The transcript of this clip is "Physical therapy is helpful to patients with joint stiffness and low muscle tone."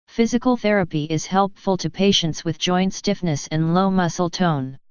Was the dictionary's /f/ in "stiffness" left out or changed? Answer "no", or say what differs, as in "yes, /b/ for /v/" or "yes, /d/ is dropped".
no